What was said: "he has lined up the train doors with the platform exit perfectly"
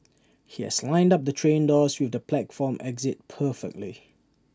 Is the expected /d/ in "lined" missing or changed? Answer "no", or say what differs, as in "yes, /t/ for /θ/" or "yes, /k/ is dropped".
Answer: no